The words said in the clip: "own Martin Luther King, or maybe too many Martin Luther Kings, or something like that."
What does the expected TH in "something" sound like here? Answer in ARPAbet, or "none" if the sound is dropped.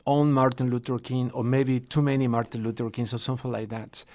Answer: F